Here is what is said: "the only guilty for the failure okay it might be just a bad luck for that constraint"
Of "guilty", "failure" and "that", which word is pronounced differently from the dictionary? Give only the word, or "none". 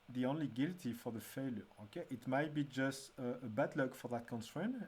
none